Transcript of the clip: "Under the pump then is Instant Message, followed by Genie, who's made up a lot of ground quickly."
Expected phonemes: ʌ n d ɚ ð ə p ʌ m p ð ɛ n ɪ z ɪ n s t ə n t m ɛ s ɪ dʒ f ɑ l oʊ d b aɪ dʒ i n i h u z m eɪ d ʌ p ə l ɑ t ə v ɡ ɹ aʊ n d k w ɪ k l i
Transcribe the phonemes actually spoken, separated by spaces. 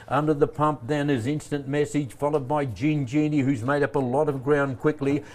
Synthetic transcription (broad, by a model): ʌ n d ɚ ð ə p ʌ m p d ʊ n ɪ z ɪ n s t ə n m ɛ s ɪ dʒ f ɑ l oʊ d b aɪ dʒ i n i h u z m eɪ d ʌ p ə l ɑ t ə v ɡ ɹ aʊ n k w ɪ k l i